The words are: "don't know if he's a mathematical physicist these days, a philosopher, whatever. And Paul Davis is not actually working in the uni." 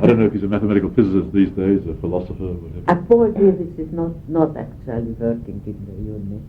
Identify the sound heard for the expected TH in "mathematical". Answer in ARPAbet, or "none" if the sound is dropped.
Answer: TH